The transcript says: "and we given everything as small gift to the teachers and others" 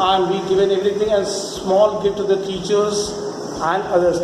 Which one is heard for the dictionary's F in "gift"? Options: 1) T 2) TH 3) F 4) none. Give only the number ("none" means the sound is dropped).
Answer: 4